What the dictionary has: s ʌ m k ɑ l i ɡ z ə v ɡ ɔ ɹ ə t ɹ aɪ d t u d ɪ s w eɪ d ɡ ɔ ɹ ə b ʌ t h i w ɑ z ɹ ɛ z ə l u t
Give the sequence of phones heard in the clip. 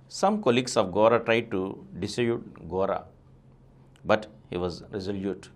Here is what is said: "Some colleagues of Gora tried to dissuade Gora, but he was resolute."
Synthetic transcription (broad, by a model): s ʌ m k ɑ l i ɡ s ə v ɡ ɔ ɹ ə t ɹ aɪ d t u d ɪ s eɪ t ɡ ɔ ɹ ə b ʌ t h i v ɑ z ɹ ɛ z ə l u t